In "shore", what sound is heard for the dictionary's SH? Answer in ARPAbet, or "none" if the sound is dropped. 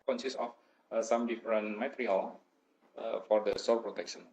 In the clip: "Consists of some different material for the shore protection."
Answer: S